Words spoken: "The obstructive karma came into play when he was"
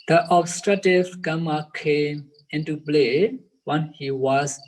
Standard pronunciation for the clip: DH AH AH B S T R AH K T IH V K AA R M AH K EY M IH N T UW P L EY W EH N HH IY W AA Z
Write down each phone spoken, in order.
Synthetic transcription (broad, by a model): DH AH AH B S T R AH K T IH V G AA M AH K EY M IH N T UW B L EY W EH N HH IY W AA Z